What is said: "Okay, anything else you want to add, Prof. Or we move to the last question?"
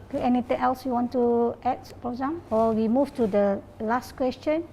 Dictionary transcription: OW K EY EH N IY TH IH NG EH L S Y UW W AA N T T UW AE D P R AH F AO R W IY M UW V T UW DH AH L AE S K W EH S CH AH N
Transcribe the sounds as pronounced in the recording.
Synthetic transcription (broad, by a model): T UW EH N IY T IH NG EH L S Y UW W AA N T T UW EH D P R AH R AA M W IY M UW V T UW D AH L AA S K W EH S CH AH N